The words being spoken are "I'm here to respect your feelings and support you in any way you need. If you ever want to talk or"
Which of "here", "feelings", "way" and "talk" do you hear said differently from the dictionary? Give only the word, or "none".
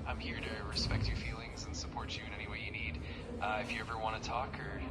none